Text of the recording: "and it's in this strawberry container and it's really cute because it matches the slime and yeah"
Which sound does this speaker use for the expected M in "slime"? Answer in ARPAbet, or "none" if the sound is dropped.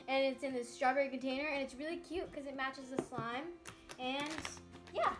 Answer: M